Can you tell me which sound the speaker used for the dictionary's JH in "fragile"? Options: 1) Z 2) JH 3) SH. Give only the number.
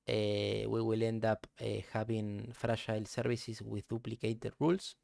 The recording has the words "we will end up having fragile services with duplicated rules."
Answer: 3